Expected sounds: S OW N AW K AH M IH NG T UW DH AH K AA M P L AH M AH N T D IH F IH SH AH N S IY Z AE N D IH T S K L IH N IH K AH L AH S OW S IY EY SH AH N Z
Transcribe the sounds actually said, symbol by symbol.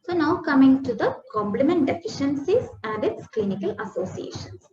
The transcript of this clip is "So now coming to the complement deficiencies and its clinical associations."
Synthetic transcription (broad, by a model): S OW N AW K AH M IH NG T UW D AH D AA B L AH M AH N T D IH F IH SH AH N S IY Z AE N D IH T S K L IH N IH K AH L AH S OW S IY EY SH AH N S